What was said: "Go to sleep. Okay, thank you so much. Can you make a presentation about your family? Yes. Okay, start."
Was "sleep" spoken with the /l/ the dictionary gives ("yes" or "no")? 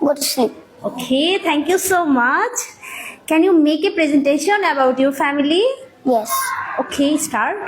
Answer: no